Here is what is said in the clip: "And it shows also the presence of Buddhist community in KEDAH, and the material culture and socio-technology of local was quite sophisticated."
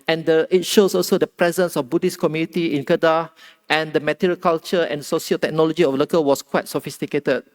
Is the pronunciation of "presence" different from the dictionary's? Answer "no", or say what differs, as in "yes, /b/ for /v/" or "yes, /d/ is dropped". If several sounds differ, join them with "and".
no